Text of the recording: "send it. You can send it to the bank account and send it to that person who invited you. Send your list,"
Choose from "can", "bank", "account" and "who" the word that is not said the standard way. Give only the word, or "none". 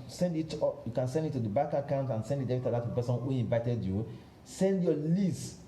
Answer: bank